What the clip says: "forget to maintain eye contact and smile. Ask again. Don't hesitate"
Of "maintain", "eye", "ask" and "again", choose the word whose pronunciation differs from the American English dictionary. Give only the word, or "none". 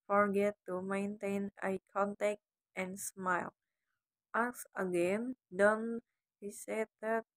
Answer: ask